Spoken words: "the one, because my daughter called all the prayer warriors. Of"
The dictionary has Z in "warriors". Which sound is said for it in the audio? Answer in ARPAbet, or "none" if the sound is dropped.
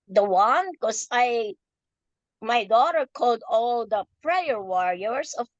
S